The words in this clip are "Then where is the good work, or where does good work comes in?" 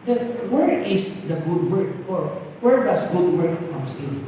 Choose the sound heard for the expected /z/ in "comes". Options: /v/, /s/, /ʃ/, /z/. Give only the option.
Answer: /s/